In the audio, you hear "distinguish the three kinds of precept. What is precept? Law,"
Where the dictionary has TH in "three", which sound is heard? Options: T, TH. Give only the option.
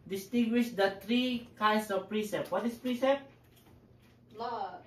T